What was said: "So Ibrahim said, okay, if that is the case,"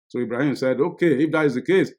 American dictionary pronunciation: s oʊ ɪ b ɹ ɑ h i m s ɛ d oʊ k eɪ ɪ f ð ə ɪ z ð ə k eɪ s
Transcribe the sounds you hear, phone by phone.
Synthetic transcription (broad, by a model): s oʊ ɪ b ɹ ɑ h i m s ɛ d oʊ k eɪ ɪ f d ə ɪ z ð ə k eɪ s